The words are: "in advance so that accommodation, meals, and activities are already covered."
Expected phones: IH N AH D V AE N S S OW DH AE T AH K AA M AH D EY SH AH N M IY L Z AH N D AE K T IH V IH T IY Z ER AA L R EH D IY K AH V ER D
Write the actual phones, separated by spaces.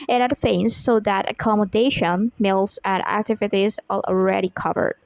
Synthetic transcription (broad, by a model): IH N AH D F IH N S S OW DH AE T AH K AA M AH D EY SH AH N M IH L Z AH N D AE K T IH V IH T IY Z ER AA L R EH D IY K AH V ER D